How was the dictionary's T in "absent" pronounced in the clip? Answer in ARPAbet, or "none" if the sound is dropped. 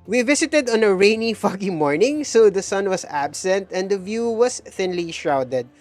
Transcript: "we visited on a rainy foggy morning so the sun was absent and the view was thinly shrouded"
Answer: T